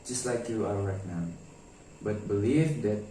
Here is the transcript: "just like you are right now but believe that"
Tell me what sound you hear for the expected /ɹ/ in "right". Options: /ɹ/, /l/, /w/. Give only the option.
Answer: /l/